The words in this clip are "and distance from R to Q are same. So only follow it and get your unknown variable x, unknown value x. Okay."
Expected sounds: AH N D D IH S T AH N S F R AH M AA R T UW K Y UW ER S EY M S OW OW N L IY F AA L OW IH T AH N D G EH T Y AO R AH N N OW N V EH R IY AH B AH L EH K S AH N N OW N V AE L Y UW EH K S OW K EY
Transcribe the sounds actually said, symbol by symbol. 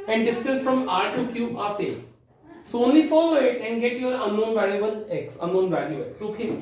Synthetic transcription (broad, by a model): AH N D D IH S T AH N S F R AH M AA R T UW K Y UW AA S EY S OW OW N L IY F AA L OW IH T AH N D G EH T Y AO R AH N N OW N V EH L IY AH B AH L EH K S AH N N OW N V AE L Y UW EH K S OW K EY